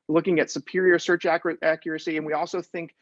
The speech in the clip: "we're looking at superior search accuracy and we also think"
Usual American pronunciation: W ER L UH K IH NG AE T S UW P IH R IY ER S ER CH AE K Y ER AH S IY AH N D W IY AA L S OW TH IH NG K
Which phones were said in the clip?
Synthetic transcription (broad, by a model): L UH K IH NG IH T S UW P IH R IY ER S ER CH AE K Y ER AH S IY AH N W IY AA L S OW TH IH NG K